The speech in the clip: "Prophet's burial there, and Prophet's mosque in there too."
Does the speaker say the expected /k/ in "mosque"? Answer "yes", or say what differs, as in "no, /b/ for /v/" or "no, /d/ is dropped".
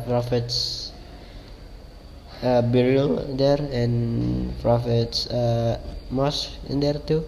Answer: no, /k/ is dropped